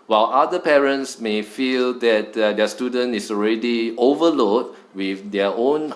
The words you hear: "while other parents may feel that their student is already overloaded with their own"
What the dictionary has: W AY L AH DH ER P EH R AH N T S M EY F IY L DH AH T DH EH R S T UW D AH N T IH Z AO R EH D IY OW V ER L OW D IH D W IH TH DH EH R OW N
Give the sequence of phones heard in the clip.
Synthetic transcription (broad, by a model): W AY L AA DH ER P EH R AH N T S M EY F IY L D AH T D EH S T UW D AH N T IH S AO R EH D IY OW V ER L OW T W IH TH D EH OW N